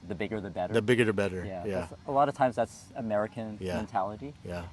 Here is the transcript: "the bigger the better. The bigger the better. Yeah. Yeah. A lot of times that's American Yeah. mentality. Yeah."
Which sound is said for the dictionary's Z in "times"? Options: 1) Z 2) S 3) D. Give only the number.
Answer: 1